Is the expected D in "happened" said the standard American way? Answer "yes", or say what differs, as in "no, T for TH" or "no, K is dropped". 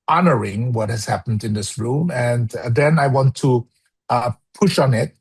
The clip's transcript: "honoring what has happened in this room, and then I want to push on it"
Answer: yes